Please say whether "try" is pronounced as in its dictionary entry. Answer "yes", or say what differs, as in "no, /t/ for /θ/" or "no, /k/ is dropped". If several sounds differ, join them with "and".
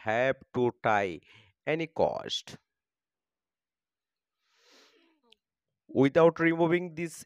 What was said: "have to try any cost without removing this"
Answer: no, /ɹ/ is dropped